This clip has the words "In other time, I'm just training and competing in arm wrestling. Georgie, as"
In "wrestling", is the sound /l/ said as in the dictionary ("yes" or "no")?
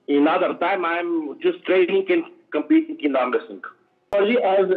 no